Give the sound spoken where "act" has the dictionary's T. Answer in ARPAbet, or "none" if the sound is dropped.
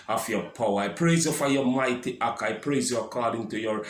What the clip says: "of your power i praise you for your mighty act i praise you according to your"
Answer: none